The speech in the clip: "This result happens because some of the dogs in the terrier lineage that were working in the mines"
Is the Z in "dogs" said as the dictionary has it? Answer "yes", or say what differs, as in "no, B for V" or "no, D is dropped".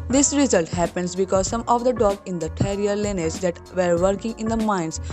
no, Z is dropped